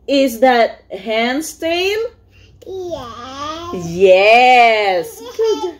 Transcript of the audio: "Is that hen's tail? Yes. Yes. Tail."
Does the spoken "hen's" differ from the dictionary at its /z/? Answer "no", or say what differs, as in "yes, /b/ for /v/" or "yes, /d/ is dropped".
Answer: yes, /s/ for /z/